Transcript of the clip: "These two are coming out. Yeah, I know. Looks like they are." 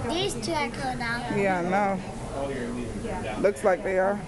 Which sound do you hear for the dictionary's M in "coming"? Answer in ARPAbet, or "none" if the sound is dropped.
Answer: none